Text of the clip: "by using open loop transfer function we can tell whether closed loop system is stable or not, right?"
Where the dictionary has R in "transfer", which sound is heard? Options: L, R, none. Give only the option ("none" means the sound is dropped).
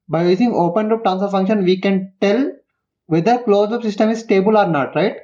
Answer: none